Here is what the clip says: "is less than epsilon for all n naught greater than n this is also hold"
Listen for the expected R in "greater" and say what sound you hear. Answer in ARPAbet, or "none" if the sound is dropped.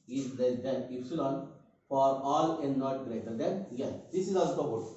R